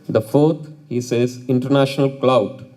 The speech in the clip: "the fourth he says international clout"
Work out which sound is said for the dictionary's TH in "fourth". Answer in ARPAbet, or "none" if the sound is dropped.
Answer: T